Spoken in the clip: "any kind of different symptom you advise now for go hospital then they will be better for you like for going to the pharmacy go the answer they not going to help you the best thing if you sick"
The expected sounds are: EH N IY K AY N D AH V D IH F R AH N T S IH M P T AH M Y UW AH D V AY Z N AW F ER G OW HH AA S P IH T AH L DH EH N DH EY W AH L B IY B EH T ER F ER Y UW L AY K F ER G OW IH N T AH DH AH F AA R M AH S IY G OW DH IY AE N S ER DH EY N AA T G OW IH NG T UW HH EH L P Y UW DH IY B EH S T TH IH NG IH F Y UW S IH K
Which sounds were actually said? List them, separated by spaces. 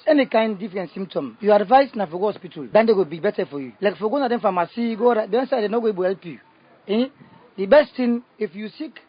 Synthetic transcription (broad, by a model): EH N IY K AY N D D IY F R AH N T S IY M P T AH M Y UW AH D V AY S N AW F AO G OW HH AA S P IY T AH L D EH N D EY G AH B IY B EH T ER F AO Y UW L AY K F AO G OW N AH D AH F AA M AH S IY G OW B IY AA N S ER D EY N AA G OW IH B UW HH EH L P Y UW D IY B EH S T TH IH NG IH F Y UW S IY K